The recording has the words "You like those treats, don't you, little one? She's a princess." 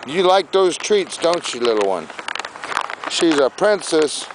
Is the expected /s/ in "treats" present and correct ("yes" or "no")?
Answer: yes